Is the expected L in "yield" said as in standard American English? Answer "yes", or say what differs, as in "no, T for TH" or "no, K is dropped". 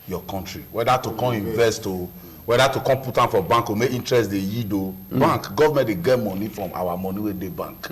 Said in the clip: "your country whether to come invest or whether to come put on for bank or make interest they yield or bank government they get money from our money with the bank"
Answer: no, L is dropped